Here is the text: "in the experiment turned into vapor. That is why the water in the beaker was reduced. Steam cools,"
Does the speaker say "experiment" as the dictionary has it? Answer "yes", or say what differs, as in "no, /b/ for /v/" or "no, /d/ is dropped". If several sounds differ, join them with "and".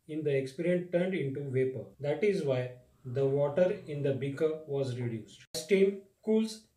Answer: no, /m/ is dropped